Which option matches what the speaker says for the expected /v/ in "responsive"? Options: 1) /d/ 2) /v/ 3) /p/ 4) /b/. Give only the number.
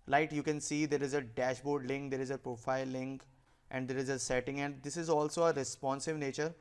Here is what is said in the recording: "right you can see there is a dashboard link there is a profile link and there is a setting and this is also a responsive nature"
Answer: 2